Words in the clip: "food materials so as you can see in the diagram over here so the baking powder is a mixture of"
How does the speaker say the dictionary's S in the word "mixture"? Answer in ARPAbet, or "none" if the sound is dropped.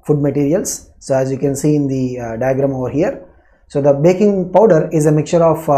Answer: S